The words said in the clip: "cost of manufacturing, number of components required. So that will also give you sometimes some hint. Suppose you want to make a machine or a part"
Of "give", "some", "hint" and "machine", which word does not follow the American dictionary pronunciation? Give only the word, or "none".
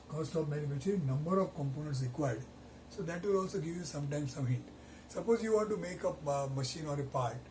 hint